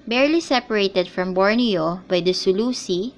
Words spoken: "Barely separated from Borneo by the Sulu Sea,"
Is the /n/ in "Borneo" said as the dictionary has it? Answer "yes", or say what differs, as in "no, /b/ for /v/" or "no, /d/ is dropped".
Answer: yes